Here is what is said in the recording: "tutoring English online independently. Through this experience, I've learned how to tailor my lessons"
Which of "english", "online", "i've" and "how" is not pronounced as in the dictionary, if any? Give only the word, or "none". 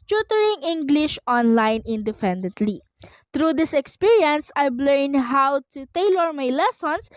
i've